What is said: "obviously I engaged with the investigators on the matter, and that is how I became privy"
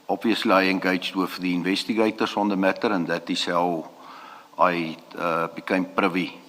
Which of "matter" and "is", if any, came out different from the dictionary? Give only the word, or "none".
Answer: is